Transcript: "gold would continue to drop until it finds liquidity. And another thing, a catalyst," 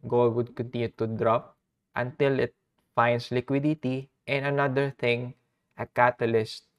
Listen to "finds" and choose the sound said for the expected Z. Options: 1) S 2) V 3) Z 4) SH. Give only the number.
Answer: 1